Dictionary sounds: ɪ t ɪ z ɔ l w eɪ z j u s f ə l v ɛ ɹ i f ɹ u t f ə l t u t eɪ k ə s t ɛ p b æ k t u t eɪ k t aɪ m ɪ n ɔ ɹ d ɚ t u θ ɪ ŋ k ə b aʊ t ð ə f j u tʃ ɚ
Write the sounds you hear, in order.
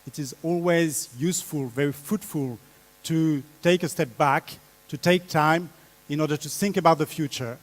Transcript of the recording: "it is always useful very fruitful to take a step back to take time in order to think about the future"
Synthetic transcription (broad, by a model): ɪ t ɪ z ɔ l w eɪ z j u s f ə l v ɛ ɹ i f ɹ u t f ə l t u t eɪ k ə s t ɛ p b æ k t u t eɪ k t aɪ m ɪ n ɔ ɹ d ɚ t u θ ɪ ŋ k ə b aʊ t ð ə f j u tʃ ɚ